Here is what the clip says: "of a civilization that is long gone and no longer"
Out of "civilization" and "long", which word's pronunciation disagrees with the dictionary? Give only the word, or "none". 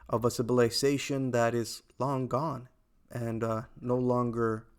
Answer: civilization